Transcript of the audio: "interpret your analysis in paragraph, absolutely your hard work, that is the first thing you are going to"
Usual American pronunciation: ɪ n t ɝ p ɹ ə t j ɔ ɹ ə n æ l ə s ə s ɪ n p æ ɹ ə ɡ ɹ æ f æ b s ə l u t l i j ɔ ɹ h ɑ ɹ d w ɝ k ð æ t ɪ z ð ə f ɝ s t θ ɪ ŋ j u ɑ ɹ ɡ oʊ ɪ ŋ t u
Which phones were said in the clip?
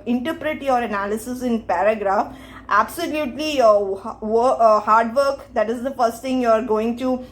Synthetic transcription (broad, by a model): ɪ n t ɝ p ɹ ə t j ɔ ɹ ə n æ l ə s ə s ɪ n p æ ɹ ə ɡ ɹ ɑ f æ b s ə l u t l i j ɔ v h ɑ ɹ d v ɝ k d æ t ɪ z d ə f ɝ s t t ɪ ŋ j u ɑ ɹ ɡ oʊ ɪ ŋ t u